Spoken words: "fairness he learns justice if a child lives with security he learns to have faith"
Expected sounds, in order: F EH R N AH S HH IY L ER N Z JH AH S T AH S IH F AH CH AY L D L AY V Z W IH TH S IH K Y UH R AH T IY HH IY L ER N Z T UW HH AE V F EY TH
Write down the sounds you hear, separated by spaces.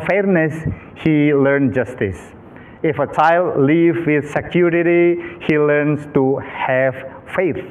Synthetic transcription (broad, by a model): F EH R N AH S HH IY L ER N JH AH S T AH S IH F AH CH AY L D L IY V W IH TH S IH K Y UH R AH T IY HH IY L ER N S T UW HH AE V F EY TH